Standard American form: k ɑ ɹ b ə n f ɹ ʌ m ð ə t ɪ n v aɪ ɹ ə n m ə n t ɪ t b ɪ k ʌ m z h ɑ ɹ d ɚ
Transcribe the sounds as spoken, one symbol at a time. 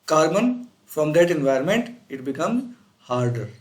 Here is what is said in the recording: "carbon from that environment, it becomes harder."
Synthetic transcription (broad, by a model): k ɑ ɹ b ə n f ɹ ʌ m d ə t ɪ n v aɪ ɹ ə n m ə n t ɪ t b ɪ k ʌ m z h ɑ ɹ d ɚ